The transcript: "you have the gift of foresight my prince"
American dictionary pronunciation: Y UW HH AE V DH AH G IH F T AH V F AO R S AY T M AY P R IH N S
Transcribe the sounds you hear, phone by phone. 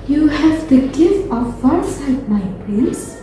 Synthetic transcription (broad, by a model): Y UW HH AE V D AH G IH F AH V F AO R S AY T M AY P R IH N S